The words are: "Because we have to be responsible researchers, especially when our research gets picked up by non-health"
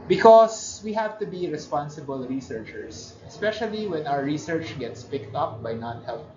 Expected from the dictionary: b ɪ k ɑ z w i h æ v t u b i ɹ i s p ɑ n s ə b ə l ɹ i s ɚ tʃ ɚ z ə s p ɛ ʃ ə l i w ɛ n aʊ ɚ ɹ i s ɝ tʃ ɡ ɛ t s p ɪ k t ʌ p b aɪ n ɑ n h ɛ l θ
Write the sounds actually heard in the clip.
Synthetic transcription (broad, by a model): b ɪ k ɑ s w i h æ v t u b i ɹ i s p ɑ n s ə b ə l ɹ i s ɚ tʃ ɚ s ə s p ɛ ʃ ə l i w ɛ n aʊ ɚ ɹ i s ɝ tʃ ɡ ɛ t s p ɪ k t ʌ p b aɪ n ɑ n h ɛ l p